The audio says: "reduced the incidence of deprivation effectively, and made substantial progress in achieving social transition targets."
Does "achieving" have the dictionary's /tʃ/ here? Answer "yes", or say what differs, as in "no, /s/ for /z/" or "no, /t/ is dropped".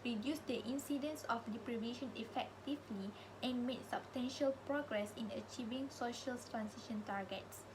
yes